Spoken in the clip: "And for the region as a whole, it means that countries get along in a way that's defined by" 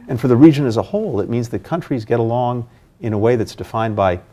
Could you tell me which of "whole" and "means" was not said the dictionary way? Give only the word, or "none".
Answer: none